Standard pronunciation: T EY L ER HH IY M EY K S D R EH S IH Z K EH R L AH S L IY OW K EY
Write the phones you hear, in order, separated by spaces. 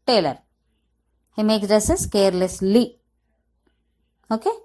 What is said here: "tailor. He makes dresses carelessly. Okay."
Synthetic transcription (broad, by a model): T EY L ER HH IY M EY K S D EH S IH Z K EH R L AH S L IY OW K EY